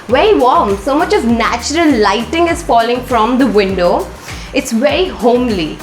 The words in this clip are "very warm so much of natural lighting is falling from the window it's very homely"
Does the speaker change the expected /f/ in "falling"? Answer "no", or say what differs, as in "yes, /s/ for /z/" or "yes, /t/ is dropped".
no